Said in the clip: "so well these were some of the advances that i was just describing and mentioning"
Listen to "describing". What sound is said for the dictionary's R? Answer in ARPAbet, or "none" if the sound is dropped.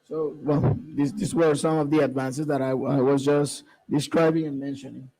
R